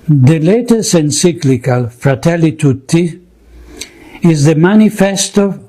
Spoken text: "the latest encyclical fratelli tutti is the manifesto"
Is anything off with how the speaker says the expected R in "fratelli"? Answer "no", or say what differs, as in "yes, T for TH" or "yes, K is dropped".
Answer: no